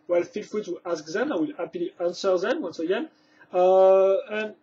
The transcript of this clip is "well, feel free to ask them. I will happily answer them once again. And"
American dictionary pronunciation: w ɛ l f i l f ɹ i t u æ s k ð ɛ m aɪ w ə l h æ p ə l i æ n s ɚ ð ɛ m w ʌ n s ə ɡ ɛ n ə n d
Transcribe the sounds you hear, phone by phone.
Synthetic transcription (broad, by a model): w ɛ l f i l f i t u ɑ s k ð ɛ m aɪ w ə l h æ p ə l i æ n s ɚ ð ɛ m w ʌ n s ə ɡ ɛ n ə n